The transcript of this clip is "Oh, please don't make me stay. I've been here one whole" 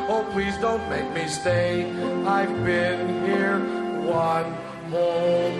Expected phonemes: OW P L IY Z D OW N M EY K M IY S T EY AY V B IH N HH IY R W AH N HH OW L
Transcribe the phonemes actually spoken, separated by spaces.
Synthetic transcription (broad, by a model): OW P L IY Z D OW N M EY K M IY S T EY AY V B IH N HH IY R W AH N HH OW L